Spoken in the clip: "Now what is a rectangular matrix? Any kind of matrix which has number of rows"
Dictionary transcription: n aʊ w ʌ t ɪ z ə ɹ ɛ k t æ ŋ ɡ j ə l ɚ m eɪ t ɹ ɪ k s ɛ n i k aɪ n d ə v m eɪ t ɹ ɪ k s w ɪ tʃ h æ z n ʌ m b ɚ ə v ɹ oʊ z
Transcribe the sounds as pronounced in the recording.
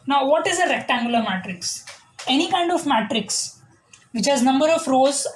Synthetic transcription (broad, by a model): n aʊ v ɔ t ɪ z ə ɹ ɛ k t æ ŋ ɡ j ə l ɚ m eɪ t ɹ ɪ k s ɛ n i k aɪ n d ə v m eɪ t ɹ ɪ k s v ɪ tʃ h æ z n ʌ m b ɚ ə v ɹ oʊ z